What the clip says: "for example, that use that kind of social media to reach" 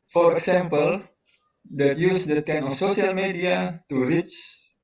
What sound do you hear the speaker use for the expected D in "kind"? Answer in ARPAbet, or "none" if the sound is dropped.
none